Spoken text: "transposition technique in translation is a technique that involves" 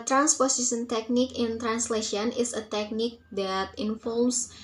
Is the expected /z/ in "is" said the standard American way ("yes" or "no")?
no